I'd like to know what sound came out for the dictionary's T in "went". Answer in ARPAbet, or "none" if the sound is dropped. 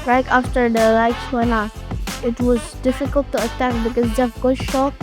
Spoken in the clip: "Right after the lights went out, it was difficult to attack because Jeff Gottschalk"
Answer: none